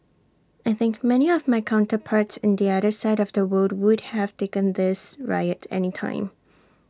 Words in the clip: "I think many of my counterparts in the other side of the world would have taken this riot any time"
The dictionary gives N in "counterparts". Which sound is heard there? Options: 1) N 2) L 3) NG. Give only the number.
1